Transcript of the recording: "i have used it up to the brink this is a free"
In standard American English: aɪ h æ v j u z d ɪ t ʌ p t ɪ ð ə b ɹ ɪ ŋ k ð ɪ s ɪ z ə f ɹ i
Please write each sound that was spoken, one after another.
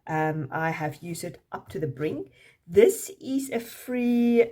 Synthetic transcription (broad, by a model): aɪ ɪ v j u z d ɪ t ʌ p t ɪ ð ə b ɹ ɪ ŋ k ð ɪ s ɪ z ə f ɹ i